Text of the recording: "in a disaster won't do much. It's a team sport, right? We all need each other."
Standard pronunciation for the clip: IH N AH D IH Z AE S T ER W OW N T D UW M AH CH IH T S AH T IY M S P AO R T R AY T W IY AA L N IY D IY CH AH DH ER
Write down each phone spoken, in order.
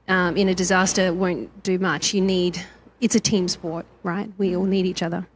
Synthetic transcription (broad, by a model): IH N AH D IH Z AE S T ER W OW N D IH M AH CH IH T S AH T IY M S P AO R T R AY T W IY AA L N IY D IY CH AH DH ER